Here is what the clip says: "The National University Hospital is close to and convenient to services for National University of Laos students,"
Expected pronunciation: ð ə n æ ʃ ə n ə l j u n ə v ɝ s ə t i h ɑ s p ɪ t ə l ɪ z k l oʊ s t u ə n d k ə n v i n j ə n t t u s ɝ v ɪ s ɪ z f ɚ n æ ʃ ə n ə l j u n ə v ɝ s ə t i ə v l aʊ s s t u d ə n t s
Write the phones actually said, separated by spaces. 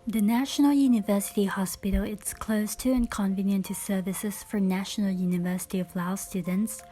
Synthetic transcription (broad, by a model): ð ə n æ ʃ ə n ə l j u n ə v ɝ s ə t i h ɑ s p ɪ t ə l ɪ s k l oʊ s t u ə n k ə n v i n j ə n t t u s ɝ v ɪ s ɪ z f ɚ n æ ʃ ə n ə l j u n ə v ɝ s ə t i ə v l aʊ s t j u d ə n t s